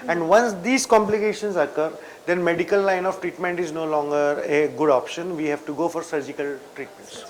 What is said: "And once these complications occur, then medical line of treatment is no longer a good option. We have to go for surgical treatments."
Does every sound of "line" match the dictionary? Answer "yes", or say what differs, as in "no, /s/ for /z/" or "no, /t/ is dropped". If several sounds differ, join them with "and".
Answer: yes